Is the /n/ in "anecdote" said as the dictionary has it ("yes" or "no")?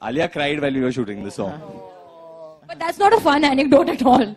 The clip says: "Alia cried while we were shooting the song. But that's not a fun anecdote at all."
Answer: yes